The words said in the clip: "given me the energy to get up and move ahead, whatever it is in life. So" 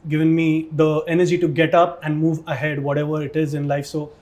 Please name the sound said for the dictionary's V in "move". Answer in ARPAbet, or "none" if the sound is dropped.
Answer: V